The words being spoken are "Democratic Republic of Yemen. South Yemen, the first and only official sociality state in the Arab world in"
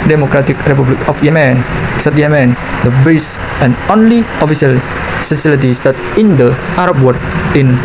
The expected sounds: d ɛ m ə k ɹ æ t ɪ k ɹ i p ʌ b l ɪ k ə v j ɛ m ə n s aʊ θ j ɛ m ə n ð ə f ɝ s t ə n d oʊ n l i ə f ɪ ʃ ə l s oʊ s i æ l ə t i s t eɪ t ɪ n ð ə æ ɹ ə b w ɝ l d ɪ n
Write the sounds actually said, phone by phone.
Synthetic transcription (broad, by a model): d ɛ m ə k ɹ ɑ t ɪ k ɹ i p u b l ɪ k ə f j ɛ m ə n s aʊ t j ɛ m ə n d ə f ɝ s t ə n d oʊ n l i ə f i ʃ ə l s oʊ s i l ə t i s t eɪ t ɪ n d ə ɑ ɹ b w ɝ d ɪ n